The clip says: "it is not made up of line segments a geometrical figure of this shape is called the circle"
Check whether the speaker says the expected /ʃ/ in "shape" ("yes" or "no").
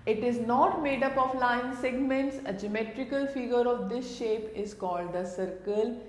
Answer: yes